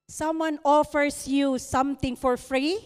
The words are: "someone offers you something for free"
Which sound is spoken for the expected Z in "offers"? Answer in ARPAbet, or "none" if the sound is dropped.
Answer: S